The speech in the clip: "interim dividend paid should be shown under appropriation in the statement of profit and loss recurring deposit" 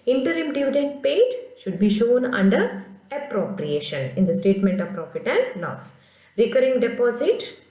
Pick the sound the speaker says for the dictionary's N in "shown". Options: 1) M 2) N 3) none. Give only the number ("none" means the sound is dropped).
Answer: 2